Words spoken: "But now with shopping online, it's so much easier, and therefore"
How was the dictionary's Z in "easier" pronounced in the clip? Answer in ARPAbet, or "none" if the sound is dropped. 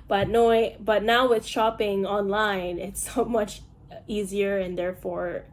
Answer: Z